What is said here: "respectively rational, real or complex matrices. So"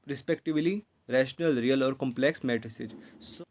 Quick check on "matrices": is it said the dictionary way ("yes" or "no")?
no